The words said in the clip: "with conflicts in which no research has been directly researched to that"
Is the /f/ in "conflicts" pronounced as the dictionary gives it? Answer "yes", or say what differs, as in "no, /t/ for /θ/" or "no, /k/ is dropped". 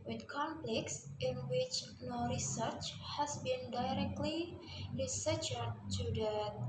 no, /p/ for /f/